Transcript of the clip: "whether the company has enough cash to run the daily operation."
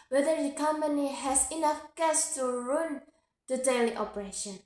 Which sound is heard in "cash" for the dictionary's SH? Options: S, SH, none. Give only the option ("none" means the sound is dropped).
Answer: S